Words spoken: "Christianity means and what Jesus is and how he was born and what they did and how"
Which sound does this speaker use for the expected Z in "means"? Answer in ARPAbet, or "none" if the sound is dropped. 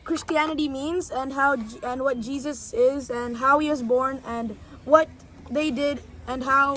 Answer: Z